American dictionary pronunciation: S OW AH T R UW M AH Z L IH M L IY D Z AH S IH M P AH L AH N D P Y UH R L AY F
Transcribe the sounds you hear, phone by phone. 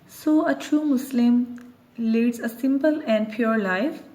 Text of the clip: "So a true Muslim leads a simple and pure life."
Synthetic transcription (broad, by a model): S OW AH T R UW M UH S L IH M L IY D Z AH S IH M P AH L AH N D P Y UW R L AY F